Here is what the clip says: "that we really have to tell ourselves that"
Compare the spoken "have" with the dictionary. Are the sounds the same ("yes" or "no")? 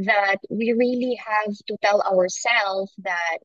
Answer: yes